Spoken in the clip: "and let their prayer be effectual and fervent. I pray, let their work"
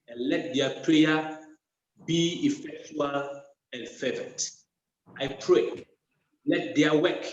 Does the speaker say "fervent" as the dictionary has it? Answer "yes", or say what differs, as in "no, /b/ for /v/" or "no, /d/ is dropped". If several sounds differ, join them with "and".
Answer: no, /n/ is dropped